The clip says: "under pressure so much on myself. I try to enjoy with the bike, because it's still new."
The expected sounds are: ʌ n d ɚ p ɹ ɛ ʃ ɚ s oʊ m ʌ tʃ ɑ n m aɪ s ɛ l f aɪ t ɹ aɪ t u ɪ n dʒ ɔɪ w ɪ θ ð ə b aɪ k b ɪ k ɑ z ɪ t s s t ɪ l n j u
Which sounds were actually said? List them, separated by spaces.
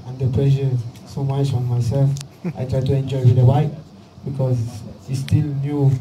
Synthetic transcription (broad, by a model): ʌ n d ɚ p l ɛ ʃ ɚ s oʊ m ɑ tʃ ɑ n m aɪ s ɛ l f aɪ t ɹ aɪ t u ɪ n dʒ ɔɪ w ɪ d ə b aɪ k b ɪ k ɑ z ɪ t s s t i l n j u